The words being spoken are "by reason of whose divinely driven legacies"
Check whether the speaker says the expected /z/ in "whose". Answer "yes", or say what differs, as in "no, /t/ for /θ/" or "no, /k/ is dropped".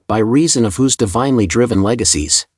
yes